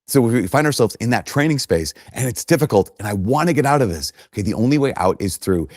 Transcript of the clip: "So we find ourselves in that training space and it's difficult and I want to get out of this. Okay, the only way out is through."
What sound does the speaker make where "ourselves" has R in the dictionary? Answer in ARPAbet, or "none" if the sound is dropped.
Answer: R